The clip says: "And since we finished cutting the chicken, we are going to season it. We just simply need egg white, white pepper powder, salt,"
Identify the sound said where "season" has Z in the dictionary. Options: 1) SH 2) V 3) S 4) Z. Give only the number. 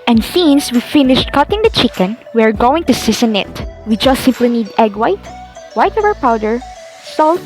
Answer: 3